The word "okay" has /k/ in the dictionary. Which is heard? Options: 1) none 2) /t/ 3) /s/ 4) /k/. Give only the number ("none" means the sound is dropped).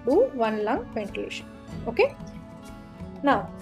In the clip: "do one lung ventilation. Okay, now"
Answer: 4